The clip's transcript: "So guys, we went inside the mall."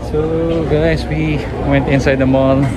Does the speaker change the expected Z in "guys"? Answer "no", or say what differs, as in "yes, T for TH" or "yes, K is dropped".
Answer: yes, S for Z